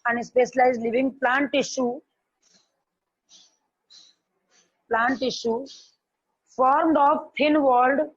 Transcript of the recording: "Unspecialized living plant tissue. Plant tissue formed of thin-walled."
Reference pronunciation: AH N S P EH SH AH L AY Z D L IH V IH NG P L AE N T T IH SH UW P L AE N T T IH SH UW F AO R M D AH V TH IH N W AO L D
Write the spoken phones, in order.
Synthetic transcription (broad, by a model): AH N S P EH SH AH L AY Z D L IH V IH NG P L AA N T T IH SH UW P L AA N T T IH SH UW F AO R M D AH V T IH N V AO L D